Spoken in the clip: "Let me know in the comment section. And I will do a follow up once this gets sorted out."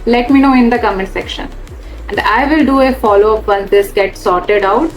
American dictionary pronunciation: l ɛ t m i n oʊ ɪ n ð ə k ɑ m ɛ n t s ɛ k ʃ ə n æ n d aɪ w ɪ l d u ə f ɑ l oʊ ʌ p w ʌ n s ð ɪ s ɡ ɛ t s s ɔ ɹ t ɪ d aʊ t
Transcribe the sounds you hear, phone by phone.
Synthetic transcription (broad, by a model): l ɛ t m i n oʊ ɪ n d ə k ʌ m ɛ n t s ɛ k ʃ ə n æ n d aɪ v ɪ l d u ə f ɑ l oʊ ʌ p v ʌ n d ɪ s ɡ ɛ t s s ɔ ɹ t ɪ d aʊ t